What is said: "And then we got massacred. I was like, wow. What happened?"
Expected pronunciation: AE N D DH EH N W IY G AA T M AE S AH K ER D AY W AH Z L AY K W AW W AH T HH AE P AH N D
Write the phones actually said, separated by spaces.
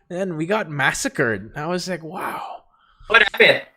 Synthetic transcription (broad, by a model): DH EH N W IY G AA T M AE S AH K ER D AY W AH Z L AY K W AW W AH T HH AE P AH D